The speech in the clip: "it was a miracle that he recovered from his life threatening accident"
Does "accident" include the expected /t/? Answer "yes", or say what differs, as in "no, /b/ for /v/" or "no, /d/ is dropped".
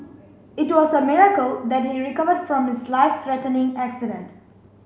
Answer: yes